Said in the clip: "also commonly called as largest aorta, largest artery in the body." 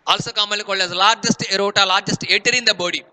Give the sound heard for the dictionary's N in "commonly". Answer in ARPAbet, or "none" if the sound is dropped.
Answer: none